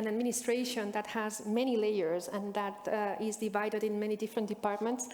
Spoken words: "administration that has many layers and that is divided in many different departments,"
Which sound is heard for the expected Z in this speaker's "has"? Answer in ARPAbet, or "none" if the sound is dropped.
Z